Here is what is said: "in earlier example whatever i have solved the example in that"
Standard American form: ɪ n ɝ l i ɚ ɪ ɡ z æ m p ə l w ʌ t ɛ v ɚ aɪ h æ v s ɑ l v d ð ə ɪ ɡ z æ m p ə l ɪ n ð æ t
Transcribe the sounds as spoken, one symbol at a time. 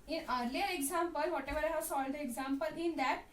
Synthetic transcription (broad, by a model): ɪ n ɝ l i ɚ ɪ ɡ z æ m p ə l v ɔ t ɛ v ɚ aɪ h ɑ s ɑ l d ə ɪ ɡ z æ m p ə l ɪ n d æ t